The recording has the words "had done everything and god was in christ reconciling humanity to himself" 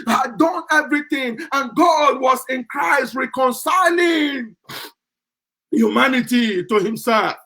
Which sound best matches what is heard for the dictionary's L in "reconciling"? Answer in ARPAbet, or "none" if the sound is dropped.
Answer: L